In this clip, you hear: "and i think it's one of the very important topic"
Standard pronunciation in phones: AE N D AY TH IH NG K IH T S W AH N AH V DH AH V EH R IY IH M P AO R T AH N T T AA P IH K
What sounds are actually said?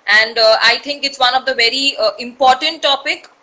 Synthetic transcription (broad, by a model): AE N D AY T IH NG K IH T S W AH N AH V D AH V EH R IY IH M P AO R T AH N T T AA P IH K